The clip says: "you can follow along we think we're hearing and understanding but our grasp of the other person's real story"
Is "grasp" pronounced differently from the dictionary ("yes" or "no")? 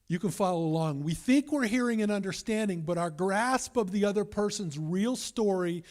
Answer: no